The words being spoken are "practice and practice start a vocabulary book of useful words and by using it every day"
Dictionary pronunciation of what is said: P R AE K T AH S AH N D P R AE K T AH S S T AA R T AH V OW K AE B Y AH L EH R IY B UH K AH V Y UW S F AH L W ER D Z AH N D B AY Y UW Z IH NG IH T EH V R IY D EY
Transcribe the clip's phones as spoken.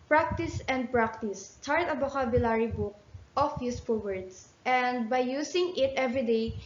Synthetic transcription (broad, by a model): P R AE K T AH S AH N D P R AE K T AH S S T AA R T AH B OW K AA B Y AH L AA R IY B UH K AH F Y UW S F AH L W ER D S AH N D B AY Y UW S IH NG IH T EH V R IY D EY